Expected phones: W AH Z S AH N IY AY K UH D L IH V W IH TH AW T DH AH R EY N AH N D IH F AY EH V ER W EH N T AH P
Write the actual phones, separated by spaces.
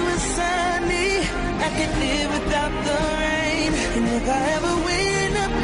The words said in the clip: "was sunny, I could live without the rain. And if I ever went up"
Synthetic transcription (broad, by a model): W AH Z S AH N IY AY K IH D L IH V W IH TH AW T DH AH R EY N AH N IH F AY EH V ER W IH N AH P